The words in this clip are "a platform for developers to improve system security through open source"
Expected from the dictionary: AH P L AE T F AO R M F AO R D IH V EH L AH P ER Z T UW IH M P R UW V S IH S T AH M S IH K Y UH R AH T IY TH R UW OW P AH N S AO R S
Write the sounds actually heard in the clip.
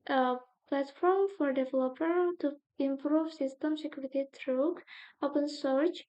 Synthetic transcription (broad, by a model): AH P L AE T F AO R M F AO R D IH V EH L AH P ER T UW IH M P R UW V S IH S T AH M S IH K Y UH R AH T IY T R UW OW P AH N S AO R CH